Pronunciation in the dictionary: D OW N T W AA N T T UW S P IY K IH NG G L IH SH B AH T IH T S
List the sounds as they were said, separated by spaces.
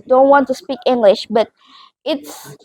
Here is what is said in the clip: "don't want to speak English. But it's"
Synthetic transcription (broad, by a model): D OW N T W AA N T T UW S P IY K IH NG G L IH SH B AH T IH T S